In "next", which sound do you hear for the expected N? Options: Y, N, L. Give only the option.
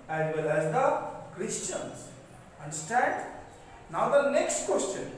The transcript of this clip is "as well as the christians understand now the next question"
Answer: N